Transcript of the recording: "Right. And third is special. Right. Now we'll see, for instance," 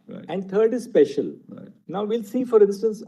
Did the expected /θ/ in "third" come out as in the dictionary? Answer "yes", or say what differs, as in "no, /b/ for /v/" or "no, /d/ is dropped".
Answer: no, /t/ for /θ/